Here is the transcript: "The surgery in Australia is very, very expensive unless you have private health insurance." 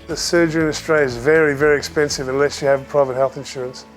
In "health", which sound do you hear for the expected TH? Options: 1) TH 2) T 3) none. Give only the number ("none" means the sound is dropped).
1